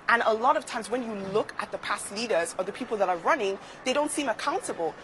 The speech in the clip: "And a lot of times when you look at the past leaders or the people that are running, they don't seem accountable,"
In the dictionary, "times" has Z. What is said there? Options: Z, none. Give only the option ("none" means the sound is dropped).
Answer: Z